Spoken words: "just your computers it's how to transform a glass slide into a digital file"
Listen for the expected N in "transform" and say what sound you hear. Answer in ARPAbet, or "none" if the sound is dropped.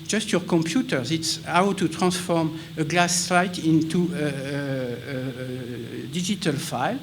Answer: none